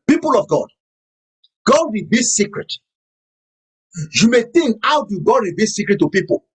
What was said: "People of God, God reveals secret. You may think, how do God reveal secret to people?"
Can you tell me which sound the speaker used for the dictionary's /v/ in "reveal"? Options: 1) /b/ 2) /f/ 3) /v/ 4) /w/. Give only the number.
1